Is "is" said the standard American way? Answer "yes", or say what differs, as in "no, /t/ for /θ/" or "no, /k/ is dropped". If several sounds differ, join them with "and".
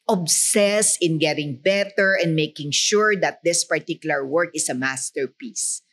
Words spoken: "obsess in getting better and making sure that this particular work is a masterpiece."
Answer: no, /s/ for /z/